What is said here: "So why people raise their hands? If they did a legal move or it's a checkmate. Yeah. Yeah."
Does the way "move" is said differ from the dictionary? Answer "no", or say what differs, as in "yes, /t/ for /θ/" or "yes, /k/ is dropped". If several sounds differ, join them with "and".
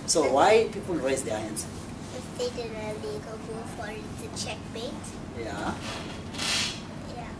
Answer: yes, /f/ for /v/